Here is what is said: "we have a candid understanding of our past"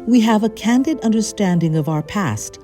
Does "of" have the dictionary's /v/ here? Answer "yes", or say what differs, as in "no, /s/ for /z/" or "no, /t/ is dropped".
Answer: yes